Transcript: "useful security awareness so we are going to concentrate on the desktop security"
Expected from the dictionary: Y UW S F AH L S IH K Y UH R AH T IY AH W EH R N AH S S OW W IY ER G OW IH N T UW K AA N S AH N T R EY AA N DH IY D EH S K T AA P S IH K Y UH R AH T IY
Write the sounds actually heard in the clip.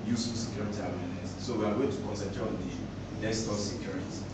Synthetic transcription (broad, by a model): Y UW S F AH S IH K Y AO R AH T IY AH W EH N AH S S OW W IY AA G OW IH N T UW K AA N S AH T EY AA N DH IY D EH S T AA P S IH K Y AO R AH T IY